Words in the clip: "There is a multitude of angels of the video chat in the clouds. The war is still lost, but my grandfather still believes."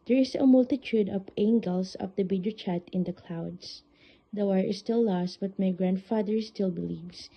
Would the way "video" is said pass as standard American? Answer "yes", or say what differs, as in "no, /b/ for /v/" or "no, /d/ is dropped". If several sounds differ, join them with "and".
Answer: no, /b/ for /v/